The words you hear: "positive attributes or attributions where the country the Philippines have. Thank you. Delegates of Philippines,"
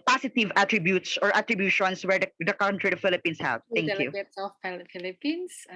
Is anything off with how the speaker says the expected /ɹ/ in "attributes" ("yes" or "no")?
no